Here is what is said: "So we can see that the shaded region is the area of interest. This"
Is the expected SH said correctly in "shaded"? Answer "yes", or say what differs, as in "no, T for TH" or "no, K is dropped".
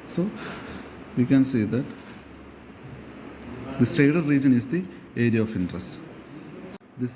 no, S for SH